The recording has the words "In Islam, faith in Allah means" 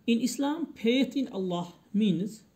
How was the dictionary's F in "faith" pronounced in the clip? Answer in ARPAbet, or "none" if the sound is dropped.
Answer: P